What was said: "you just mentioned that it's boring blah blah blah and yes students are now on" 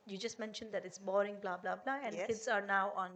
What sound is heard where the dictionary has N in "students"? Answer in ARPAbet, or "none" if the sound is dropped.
none